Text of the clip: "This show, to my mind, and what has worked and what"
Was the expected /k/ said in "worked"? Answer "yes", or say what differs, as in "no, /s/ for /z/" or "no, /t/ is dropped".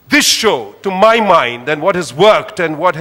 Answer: yes